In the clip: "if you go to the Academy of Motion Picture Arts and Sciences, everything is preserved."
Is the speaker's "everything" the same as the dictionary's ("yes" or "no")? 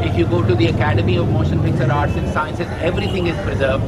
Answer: no